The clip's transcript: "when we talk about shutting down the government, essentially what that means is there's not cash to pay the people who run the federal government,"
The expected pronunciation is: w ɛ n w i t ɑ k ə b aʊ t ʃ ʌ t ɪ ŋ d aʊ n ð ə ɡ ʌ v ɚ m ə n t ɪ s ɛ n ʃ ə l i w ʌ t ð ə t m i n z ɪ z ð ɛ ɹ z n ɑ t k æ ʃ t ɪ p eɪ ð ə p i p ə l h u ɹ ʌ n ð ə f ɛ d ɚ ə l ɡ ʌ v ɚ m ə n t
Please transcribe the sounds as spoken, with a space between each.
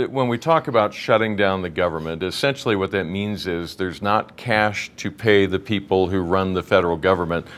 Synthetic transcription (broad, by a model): w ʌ n w i t ɑ k ə b aʊ t ʃ ʌ t ɪ ŋ d aʊ n ð ə ɡ ʌ v ɚ m ə n t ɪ s ɛ n ʃ l i w ʌ t ð ə t m i n z ɪ z ð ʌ ɹ z n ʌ t k æ ʃ t ɪ p eɪ ð ə p i p l h u ɹ ʌ n ð ə f ɛ d ɚ l ɡ ʌ v ɚ m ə n t